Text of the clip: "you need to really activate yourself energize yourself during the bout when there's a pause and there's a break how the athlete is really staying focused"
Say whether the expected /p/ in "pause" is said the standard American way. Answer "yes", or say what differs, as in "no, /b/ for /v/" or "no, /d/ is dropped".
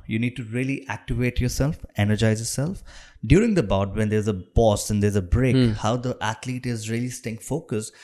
no, /b/ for /p/